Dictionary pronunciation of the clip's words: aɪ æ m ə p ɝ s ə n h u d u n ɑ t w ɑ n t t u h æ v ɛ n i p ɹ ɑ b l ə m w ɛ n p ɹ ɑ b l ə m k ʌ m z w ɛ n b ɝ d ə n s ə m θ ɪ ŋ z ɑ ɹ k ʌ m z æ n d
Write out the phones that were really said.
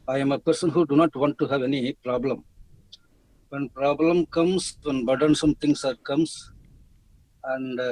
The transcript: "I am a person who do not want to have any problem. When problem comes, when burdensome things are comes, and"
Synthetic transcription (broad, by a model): aɪ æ m ə p ɝ s ə n h u d u n ɑ t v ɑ n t t u h æ v ɛ n i p ɹ ɑ b l ə m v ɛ n p ɹ ɑ b l ə m k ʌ m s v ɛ n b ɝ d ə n s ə m t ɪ ŋ s ɑ ɹ k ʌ m s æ n d